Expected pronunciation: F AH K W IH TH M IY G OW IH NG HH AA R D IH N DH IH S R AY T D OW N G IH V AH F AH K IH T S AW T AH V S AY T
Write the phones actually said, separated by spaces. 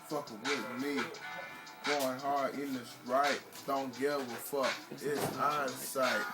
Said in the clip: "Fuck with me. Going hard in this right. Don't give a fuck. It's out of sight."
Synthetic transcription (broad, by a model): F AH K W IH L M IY G OW IH NG HH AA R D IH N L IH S R AY T D OW N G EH W AH F AH K IH T S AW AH S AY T